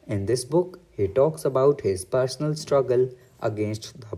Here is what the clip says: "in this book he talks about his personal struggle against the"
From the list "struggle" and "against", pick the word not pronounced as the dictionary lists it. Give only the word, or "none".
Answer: none